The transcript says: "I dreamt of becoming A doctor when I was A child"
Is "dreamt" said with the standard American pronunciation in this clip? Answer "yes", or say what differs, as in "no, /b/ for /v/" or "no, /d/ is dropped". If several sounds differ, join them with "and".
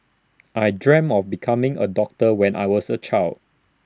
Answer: no, /t/ is dropped